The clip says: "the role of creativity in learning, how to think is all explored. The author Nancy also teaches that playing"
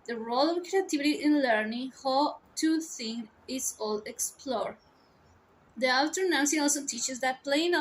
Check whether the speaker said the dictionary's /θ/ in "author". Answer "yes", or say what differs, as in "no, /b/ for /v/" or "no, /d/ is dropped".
no, /t/ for /θ/